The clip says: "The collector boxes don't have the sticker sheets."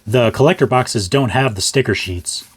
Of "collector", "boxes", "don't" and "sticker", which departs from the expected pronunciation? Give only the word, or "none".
none